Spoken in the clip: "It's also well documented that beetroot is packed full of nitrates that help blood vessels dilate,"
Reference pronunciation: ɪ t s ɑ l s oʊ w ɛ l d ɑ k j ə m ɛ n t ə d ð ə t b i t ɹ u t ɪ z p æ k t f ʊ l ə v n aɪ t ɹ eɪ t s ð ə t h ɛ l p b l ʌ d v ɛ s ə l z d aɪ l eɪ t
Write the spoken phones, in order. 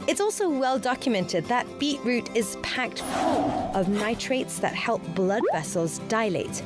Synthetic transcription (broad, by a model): ɪ t s ɑ l s oʊ w ɛ l d ɑ k j ə m ɛ n t ə d ð ə t b i t ɹ u t ɪ z p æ k t f ʊ l ə v n aɪ t ɹ eɪ t s ð ə t h ɛ l p b l ʌ d v ɛ s ə l z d aɪ l eɪ t